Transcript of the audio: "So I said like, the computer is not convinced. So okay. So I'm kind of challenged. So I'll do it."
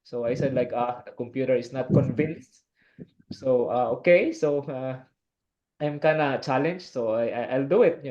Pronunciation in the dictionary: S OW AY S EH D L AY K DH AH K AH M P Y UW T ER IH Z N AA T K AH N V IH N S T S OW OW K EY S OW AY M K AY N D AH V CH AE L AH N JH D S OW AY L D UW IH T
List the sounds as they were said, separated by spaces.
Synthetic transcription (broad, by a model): S OW AY S EH D L AY K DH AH K AH M P Y UW T ER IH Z N AA T K AH N V IH N S T S OW OW K EY S OW AY M K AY N AH CH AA L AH N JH S OW AY L D UW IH T